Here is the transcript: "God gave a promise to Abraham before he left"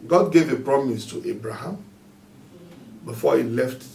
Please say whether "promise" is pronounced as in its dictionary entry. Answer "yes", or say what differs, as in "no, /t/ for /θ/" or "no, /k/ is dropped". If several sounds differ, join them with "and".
yes